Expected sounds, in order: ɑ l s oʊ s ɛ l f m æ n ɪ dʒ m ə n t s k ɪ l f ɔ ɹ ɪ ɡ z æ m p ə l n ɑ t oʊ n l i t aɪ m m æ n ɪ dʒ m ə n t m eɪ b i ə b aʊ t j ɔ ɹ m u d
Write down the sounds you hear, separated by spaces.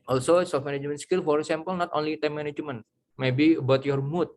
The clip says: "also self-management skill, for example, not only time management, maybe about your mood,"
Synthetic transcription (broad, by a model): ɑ l s oʊ s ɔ f m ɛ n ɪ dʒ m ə n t s k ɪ l f ɔ ɹ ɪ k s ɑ m p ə l n ɑ t oʊ n l i t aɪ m m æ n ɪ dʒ m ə n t m eɪ b i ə b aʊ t j ɔ ɹ m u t